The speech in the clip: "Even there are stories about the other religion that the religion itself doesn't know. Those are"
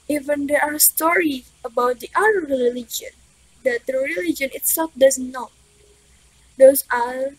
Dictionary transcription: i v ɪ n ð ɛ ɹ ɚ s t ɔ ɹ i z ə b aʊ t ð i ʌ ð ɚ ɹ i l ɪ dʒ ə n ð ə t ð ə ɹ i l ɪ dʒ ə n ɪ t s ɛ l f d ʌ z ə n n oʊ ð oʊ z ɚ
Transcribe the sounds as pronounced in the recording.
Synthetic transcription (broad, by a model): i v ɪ n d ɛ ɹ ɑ s t ɔ ɹ i ə b aʊ t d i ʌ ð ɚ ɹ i l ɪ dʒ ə n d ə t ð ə ɹ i l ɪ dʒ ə n ɪ t s ɛ l f d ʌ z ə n n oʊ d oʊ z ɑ